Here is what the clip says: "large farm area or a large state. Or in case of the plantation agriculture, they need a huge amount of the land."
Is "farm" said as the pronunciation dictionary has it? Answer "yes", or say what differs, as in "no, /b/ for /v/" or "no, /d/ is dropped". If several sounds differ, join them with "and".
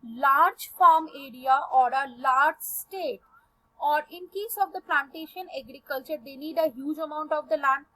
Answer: yes